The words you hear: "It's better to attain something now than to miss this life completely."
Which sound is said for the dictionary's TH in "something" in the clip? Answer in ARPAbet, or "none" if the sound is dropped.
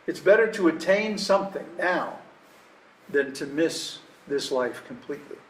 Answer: TH